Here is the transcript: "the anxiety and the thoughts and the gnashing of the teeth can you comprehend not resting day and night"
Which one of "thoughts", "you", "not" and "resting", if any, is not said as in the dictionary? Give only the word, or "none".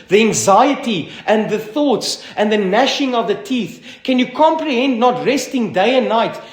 none